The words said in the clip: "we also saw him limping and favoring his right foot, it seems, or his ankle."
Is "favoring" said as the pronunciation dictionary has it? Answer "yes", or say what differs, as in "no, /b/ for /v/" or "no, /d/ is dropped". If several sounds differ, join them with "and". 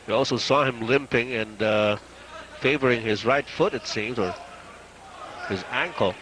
yes